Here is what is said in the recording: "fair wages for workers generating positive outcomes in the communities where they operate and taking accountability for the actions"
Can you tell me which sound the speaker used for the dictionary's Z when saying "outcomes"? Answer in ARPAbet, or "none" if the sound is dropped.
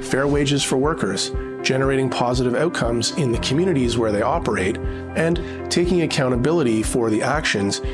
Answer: Z